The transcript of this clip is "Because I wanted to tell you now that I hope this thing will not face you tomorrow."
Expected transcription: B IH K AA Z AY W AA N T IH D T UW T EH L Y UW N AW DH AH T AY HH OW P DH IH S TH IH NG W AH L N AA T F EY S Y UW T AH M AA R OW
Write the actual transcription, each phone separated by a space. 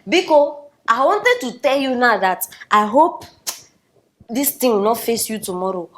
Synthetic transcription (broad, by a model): B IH K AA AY W AA N T IH D T UW T EH L Y UW N AW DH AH T AY HH OW P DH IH S T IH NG W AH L N AA T F EY S Y UW T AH M AA R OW